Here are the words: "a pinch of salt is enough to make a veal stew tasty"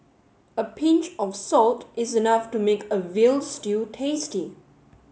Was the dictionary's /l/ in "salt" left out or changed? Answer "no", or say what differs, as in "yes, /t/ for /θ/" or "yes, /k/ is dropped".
no